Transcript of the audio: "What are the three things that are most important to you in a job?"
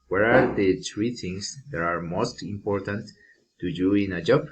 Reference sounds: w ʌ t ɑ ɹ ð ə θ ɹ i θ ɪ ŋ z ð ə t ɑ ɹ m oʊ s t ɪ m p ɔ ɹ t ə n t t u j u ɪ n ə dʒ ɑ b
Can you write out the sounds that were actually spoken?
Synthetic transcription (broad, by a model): w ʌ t ɑ ɹ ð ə t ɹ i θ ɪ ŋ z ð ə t ɑ ɹ m oʊ s t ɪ m p ɔ ɹ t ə n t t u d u ɪ n ə dʒ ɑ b